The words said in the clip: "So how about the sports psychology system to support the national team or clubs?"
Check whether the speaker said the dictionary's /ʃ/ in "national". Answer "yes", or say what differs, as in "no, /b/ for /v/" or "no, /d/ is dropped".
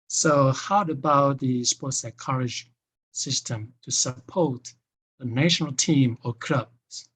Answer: yes